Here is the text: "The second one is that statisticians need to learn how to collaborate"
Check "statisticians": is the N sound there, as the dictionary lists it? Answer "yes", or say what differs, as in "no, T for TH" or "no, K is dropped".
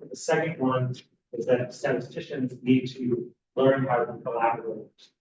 yes